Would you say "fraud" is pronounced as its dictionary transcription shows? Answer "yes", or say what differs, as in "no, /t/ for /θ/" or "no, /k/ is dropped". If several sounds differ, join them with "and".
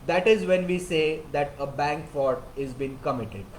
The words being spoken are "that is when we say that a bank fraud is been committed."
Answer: no, /ɹ/ is dropped